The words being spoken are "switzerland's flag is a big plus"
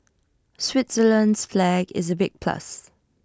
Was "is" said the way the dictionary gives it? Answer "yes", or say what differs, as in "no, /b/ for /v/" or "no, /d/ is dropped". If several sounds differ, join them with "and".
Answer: yes